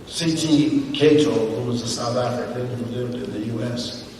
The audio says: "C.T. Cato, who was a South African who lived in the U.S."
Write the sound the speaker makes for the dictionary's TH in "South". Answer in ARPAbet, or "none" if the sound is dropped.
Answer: TH